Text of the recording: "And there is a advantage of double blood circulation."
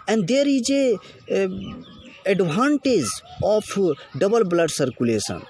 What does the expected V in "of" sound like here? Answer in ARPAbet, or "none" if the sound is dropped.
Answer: P